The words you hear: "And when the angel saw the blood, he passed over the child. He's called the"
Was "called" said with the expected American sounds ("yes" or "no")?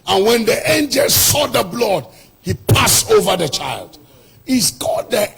no